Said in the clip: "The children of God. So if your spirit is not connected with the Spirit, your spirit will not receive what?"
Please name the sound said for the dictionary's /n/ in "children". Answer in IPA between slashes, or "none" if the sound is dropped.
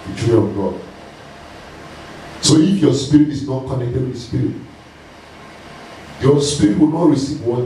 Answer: none